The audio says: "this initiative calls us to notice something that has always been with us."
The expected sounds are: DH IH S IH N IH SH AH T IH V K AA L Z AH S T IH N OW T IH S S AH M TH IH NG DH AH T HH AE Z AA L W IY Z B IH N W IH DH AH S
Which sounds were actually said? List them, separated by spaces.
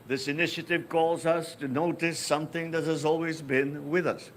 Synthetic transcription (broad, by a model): DH IH S IH N IH SH AH T IH V K AA L Z AH S T IH N OW T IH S S AH M TH IH NG DH AH T HH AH Z AA L W IY Z B IH N W IH DH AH S